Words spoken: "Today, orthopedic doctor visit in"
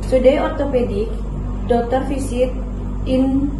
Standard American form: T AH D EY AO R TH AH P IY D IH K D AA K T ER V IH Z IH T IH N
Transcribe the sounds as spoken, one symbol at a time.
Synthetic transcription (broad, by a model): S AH D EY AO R T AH P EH D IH K D AA K T ER F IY S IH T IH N